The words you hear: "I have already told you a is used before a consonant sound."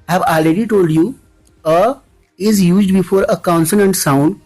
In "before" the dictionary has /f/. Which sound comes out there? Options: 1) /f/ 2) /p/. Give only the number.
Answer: 1